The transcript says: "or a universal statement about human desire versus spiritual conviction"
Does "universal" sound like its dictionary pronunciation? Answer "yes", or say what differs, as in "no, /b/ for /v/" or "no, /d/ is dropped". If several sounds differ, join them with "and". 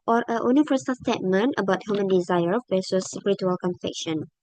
no, /f/ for /v/